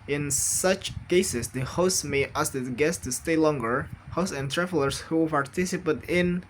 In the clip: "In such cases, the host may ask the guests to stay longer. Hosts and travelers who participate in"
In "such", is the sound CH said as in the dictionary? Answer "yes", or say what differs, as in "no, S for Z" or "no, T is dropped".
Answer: yes